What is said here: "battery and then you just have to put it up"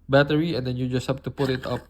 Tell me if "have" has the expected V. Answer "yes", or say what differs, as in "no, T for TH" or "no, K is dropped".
no, P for V